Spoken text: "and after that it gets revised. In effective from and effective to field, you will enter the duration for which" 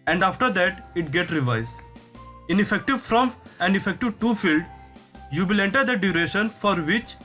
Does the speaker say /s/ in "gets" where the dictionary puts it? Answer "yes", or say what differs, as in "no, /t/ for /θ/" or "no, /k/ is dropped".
no, /s/ is dropped